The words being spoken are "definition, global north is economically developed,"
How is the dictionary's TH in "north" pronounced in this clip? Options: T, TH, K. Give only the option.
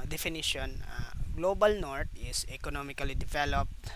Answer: T